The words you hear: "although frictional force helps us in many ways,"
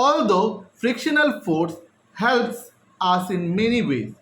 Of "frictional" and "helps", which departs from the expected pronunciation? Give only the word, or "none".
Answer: none